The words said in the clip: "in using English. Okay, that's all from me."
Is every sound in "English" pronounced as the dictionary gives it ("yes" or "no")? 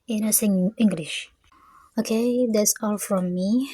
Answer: yes